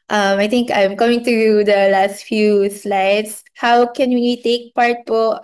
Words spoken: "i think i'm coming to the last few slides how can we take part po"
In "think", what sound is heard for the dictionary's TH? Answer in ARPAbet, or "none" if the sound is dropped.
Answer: T